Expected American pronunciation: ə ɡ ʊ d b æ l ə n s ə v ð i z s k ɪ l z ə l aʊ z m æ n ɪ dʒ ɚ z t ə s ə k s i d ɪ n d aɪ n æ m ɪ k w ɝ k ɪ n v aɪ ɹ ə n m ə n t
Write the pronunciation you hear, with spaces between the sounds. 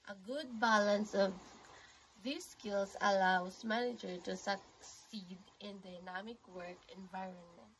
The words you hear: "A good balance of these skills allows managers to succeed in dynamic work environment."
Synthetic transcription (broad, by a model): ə ɡ ʊ d b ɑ l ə n s ə v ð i s k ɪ l s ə l aʊ s m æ n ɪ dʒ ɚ t ə s ə k s i d ɪ n d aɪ n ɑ m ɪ k w ɝ k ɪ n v aɪ ɹ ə n m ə n t